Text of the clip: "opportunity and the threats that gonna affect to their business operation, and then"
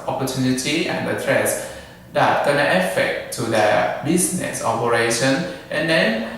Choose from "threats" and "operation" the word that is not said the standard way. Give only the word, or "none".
threats